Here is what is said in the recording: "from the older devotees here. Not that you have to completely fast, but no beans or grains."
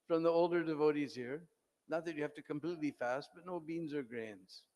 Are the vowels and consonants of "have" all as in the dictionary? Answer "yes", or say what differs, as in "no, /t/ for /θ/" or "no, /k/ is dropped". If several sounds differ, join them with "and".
no, /f/ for /v/